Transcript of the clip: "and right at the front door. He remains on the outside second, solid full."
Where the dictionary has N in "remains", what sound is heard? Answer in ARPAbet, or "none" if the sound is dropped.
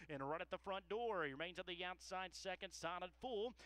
N